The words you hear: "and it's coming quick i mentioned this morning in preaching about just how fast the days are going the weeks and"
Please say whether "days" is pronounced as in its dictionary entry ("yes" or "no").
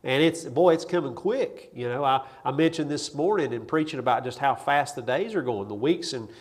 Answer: yes